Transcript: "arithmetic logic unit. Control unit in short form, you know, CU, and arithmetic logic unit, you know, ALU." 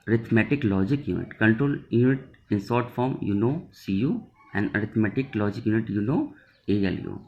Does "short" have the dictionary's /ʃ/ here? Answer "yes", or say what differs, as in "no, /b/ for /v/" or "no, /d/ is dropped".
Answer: no, /s/ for /ʃ/